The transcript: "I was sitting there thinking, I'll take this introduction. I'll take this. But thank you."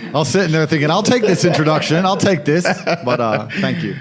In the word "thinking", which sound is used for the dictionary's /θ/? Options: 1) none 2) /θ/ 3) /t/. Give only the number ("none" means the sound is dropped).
2